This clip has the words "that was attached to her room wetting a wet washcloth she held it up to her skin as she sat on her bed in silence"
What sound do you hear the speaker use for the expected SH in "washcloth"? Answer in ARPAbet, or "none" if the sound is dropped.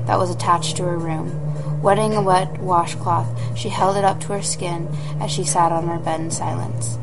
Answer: SH